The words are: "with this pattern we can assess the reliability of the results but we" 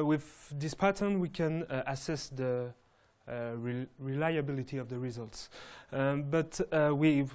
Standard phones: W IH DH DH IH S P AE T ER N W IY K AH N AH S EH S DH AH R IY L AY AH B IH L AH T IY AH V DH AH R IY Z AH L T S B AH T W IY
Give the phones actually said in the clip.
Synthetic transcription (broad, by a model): W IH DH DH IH S P AE T ER N W IY K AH N AH S EH S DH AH R IY L AY AH B IH L AH T IY AH V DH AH R IY Z AH L T S B AH T W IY